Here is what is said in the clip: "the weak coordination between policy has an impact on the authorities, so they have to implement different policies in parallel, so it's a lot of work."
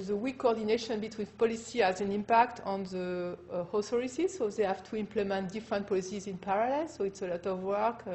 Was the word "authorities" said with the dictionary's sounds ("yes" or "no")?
no